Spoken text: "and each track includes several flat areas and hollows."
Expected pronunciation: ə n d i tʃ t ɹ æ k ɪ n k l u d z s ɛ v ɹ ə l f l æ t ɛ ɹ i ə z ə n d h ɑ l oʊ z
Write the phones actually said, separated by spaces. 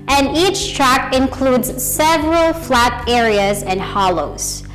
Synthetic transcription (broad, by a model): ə n d i tʃ t ɹ æ k ɪ n k l u d z s ɛ v ɹ ə l f l æ t ɛ ɹ i ə z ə n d h ɑ l oʊ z